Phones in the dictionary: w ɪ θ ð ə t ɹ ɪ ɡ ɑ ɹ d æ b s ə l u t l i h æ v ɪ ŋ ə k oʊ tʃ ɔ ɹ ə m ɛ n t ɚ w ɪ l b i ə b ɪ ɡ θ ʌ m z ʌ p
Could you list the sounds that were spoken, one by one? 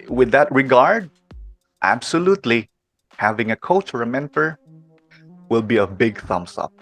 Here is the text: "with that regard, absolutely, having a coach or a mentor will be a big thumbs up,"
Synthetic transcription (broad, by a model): w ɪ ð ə t ɹ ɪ ɡ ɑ ɹ d æ b s ə l u t l i h æ v ɪ ŋ ə k oʊ tʃ ɔ ɹ ə m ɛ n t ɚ w ɪ l b i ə b ɪ ɡ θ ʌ m s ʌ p